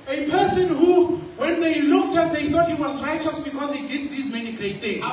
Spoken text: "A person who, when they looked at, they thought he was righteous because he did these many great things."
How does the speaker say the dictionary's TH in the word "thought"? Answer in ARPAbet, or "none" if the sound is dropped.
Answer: T